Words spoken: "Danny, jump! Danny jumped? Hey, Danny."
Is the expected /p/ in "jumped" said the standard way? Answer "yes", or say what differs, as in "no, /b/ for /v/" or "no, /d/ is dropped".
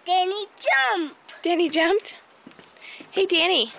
yes